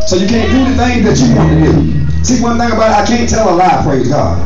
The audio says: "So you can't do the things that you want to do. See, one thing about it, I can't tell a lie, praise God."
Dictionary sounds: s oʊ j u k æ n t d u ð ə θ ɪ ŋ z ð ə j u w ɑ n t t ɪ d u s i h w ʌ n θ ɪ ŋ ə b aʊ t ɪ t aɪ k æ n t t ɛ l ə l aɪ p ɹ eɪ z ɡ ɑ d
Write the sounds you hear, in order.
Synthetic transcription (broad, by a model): s oʊ j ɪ k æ n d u ð ə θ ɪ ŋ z ð ə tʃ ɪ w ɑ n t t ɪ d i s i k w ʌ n θ ɪ ŋ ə b aʊ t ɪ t aɪ k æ n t t ɛ l ə l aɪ p ɹ eɪ z ɡ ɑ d